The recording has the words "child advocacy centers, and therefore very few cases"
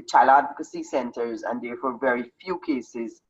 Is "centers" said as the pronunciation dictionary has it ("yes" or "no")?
yes